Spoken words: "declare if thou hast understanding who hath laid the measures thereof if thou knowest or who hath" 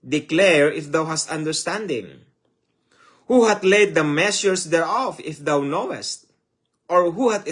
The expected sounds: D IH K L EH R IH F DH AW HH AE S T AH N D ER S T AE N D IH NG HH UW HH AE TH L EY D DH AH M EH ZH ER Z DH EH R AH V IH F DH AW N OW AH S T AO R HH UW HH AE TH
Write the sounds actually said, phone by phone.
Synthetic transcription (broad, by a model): D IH K L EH R IH F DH AW HH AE S T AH N D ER S T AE N D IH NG HH UW HH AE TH L EY D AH M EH S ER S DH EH R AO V IH F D AW N OW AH S T AO R HH UW HH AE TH